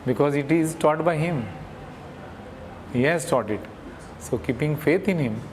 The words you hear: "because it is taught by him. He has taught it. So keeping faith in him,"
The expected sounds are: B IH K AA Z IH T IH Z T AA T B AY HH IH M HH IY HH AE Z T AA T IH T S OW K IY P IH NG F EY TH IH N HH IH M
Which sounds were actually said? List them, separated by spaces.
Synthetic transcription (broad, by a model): B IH K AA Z IH T IH Z T AA T B AY HH IH M HH IY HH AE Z T AA T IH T S OW K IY P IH NG F EY T IH N HH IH M